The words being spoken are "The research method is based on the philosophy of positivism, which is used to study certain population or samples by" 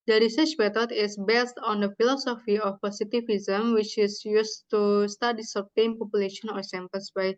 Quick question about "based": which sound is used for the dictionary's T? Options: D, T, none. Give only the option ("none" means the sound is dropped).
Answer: T